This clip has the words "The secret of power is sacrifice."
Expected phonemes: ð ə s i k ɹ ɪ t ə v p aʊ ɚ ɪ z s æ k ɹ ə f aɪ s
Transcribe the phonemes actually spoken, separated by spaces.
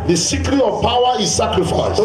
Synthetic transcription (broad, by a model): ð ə s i k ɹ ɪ ə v p aʊ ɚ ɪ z s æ k ɹ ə f aɪ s